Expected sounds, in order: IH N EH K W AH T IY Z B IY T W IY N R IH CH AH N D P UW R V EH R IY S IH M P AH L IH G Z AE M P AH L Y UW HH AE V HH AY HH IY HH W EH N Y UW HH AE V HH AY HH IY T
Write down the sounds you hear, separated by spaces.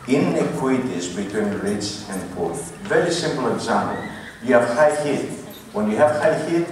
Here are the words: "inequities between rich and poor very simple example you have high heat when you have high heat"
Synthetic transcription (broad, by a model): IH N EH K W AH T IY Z B IY T W IY N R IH S AH N D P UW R V EH R IY S IH M P AH L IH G Z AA M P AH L Y UW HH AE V HH AY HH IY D W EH N Y UW HH AE V HH AY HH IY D